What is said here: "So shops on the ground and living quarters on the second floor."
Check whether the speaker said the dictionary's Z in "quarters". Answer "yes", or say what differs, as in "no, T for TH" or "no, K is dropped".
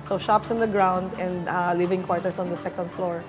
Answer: no, S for Z